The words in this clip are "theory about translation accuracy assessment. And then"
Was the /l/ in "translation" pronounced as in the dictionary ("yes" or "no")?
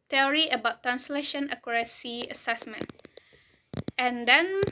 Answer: yes